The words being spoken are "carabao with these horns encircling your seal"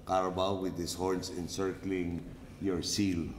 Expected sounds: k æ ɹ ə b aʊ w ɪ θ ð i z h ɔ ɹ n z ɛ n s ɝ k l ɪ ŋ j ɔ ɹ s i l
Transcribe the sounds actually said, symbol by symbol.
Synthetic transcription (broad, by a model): k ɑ ɹ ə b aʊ w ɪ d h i s h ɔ ɹ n s ɛ n s ɝ k l ɪ ŋ j ɔ ɹ s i l